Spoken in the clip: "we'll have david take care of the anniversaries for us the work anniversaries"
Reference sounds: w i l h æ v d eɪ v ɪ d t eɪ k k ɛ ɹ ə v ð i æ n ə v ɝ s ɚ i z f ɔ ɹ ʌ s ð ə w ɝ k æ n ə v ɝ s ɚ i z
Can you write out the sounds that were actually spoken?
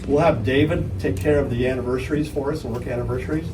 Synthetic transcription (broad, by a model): w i l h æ v d eɪ v ɪ d t eɪ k k ɛ ɹ ə v ð i æ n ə v ɝ s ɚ i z f ɔ ɹ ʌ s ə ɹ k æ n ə v ɝ s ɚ i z